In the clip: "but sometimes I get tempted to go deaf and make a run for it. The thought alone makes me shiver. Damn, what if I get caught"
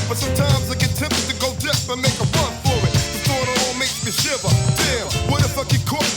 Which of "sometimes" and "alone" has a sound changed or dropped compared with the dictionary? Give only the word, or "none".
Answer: alone